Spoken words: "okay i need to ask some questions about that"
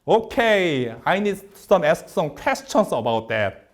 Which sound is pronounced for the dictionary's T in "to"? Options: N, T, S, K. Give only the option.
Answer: S